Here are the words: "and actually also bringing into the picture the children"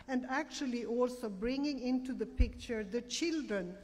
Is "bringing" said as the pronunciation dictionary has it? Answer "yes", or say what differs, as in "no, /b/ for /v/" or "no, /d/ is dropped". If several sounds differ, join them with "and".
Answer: yes